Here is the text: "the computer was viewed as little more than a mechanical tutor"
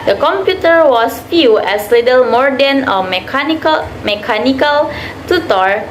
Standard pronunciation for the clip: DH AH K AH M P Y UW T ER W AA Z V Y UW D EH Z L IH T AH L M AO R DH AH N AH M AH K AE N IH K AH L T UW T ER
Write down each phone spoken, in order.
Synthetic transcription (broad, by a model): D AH K AH M P Y UW T ER W AA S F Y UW EH S L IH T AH L M AO R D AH N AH M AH K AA N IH K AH L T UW T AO